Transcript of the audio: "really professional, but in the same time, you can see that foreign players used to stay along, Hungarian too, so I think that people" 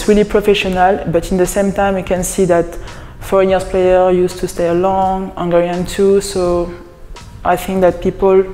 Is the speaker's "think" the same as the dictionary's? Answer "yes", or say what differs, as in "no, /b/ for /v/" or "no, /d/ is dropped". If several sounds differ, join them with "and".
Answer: yes